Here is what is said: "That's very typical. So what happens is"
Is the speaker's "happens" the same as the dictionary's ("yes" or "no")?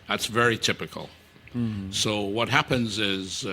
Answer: yes